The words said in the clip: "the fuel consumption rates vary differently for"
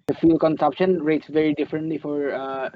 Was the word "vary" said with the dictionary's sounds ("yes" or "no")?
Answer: yes